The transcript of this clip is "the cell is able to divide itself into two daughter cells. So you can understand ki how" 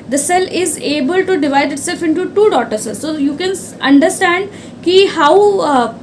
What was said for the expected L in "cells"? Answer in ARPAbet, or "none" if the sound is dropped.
none